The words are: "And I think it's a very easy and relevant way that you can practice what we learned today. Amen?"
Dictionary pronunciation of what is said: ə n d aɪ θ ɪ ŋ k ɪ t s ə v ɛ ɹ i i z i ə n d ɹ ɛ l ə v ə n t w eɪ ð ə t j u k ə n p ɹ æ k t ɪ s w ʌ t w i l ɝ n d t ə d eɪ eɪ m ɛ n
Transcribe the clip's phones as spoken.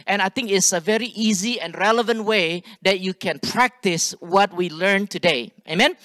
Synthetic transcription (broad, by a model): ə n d aɪ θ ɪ ŋ k ɪ t s ə v ɛ ɹ i i z i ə n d ɹ ɛ l ə v ə n t w eɪ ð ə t j u k ə n p ɹ æ k t ɪ s w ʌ t w i l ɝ n t ə d eɪ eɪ m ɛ n